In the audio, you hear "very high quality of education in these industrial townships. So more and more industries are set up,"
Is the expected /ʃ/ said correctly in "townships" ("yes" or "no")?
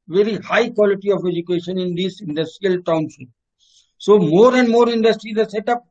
no